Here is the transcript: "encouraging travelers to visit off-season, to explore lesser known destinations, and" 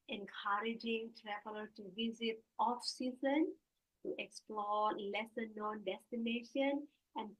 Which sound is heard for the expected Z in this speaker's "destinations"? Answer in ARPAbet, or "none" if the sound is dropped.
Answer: none